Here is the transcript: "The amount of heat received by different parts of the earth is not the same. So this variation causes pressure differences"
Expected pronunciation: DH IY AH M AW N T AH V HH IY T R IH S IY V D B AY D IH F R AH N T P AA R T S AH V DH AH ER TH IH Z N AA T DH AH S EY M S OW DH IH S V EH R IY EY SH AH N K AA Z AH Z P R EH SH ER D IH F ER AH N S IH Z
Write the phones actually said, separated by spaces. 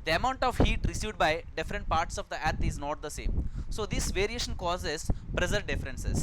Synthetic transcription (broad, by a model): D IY AH M AW N T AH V HH IY T R IH S IY V D B AY D IH F R AH N T P AA R T S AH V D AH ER T IH Z N AA T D AH S EY M S OW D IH S V EH R IY EY SH AH N K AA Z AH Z P R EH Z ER D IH F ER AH N S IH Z